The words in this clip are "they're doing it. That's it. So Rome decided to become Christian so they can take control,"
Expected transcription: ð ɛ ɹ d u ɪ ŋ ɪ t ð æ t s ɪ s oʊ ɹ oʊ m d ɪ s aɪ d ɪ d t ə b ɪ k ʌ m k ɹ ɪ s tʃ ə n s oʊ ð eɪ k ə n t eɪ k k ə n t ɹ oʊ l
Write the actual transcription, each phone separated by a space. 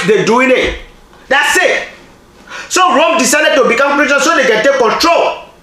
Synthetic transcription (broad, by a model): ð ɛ d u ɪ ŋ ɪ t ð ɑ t s ɪ s oʊ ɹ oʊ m d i s aɪ d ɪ d t ə b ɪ k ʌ m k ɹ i tʃ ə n s oʊ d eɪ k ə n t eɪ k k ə n t ɹ oʊ l